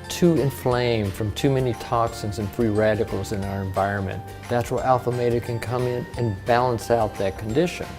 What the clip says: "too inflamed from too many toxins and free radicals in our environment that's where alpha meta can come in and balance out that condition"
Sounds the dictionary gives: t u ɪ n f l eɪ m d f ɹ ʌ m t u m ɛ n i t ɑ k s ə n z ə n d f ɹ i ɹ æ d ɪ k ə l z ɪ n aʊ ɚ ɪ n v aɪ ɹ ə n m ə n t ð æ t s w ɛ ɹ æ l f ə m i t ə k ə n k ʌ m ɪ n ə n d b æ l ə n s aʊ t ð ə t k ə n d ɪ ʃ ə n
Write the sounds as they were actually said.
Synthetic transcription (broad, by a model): t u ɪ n f l eɪ m f ɹ ʌ m t u m ɛ n i t ɑ k s ə n z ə n f ɹ i ɹ æ d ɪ k l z ɪ n aʊ ɚ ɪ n v aɪ ɹ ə n m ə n ð æ t s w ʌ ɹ æ l f ə m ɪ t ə k ə n k ʌ m ɪ n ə n b æ l ə n s aʊ t ð ə t k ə n d ɪ ʃ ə n